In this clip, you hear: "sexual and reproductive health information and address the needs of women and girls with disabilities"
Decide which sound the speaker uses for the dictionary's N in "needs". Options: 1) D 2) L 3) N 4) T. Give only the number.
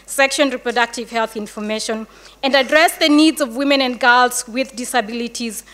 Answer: 3